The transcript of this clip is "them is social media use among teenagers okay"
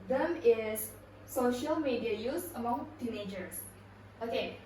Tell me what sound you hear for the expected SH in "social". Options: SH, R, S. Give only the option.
SH